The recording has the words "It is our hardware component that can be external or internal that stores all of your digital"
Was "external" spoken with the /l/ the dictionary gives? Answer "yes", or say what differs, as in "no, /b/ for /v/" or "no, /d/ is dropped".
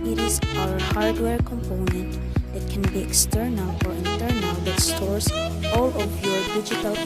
yes